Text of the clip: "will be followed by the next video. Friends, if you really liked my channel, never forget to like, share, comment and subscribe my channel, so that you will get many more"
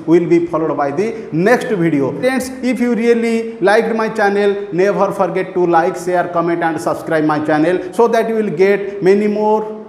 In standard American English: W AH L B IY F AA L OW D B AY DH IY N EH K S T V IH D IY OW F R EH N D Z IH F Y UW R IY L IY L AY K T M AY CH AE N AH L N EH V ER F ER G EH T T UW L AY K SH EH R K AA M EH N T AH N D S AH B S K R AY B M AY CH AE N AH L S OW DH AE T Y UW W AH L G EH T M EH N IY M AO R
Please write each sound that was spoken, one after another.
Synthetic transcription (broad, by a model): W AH L B IY P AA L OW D B AY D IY N EH K S T B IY D IY OW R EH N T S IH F Y UW R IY L IY L AY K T M AY CH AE N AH L N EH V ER P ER G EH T T UW L AY K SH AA R K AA M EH N T AH N D S AH B S K R AY B M AY CH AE N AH L S OW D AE T Y UW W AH L G EH T M EH N IY M AO R